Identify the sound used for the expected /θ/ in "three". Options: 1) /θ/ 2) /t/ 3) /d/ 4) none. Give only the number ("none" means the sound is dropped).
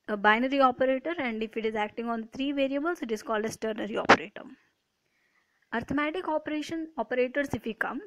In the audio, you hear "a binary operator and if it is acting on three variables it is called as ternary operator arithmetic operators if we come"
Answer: 2